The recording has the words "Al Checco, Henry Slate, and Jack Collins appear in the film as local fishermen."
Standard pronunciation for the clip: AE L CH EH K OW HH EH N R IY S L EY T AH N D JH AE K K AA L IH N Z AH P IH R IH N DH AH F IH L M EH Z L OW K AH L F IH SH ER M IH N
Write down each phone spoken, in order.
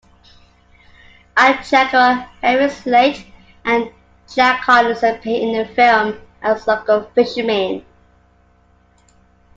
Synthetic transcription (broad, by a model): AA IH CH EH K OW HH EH R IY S L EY T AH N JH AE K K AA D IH Z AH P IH IH N DH AH F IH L M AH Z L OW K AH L F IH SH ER M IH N